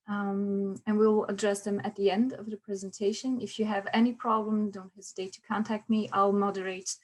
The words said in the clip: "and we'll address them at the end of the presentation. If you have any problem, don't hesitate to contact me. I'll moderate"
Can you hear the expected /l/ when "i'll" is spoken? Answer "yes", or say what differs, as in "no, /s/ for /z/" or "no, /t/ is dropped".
yes